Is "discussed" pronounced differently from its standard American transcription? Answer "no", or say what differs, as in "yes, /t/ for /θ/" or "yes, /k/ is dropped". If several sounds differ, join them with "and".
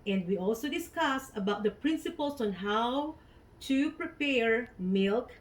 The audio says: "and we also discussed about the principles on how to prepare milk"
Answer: yes, /t/ is dropped